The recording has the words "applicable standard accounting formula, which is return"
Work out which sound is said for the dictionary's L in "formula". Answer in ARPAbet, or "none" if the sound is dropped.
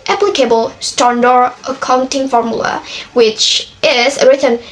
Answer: L